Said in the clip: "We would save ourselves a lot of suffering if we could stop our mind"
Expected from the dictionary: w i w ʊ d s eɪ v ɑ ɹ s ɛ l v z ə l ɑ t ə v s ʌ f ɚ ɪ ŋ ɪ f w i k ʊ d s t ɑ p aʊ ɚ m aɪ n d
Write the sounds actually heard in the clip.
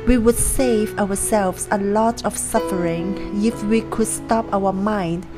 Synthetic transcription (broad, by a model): w i w ʊ d s eɪ v ɑ ɹ s ɛ l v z ə l ɑ t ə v s ʌ f ɚ ɪ ŋ ɪ f w i k ʊ d s t ɑ p aʊ ɚ m aɪ n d